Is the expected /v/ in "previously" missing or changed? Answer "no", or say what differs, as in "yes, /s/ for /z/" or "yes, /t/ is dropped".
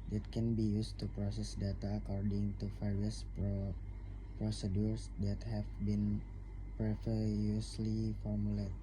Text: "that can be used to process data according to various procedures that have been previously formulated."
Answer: yes, /f/ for /v/